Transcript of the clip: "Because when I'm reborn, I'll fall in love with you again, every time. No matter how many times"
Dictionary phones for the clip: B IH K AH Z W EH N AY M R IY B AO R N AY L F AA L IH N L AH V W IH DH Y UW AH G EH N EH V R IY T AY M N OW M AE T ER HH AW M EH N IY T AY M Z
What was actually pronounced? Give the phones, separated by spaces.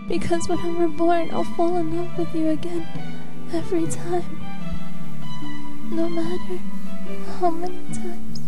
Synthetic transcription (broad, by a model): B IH K AH Z W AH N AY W R B AO R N AY L F AA L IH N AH P W IH DH Y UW AH G EH N EH V R IY T AY M N OW M AE T ER HH AW M EH N IY T AY M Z